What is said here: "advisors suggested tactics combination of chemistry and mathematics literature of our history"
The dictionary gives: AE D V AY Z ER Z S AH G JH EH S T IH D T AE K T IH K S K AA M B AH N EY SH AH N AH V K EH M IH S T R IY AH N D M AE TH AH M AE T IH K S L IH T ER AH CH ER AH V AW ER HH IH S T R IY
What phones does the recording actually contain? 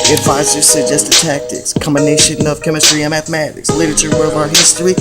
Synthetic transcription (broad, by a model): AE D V AY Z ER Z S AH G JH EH S T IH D T AE K T IH K S K AA M B AH N EY SH AH N AH V K EH M IH S T R IY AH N M AE TH AH M AE T IH K S L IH T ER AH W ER AH V AW ER HH IH S T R IY